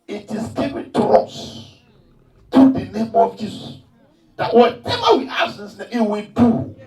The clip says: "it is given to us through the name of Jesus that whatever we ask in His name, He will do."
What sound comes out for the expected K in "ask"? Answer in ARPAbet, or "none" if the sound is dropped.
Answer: none